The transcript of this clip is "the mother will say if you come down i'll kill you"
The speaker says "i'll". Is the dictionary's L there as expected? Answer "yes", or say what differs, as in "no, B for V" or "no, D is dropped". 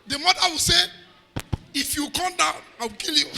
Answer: no, W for L